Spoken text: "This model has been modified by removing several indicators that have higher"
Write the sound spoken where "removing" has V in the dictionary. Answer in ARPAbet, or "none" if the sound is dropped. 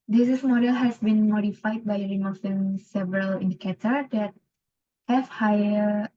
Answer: F